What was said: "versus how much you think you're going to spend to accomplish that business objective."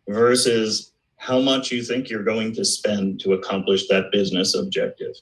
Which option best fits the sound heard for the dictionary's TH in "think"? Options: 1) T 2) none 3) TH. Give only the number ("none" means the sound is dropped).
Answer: 3